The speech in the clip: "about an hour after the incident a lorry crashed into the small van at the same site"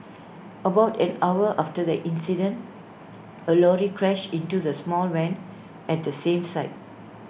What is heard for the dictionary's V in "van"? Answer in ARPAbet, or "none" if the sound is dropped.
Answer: W